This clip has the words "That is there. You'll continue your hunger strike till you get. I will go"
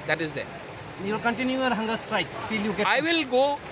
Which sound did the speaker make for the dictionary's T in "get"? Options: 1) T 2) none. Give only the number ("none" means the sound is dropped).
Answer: 2